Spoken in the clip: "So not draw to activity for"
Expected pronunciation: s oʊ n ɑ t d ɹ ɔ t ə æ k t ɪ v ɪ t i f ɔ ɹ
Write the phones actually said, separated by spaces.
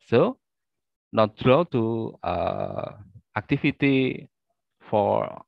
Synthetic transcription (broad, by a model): s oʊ n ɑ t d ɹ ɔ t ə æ k t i f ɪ t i f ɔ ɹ